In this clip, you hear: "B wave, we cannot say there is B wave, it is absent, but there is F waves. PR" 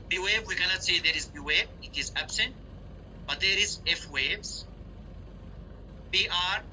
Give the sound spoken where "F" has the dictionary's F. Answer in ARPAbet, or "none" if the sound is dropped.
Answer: F